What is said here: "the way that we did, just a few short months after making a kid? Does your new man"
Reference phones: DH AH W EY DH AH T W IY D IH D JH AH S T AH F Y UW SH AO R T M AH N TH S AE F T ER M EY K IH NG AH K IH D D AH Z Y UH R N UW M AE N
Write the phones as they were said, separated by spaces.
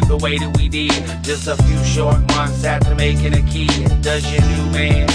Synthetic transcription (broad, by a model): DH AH W EY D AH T W IY D IH D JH AH S T AH F Y UW SH AO R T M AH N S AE T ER M EY K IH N AH K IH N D AH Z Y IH N UW M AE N